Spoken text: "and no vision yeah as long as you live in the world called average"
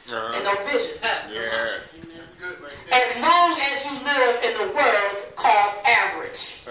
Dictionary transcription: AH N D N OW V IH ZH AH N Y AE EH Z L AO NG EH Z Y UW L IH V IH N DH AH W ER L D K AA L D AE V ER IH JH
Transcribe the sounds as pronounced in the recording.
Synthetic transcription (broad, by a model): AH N N OW V IH ZH AH N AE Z N AO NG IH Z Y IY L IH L IH N DH AH W ER L D K AA L D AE V ER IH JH